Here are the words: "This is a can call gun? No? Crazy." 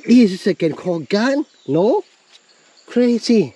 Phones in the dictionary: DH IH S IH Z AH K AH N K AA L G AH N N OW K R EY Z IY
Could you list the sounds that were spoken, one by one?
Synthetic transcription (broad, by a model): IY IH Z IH S AH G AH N K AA L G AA N N OW K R EY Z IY